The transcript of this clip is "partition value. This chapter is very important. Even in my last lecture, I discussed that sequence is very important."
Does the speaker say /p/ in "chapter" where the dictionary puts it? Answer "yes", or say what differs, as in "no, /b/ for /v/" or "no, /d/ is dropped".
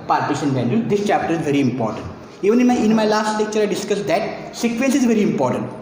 yes